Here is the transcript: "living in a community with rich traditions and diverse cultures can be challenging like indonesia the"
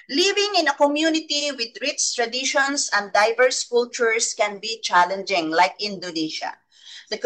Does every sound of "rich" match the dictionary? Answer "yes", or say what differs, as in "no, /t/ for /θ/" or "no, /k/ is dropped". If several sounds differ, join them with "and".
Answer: no, /s/ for /tʃ/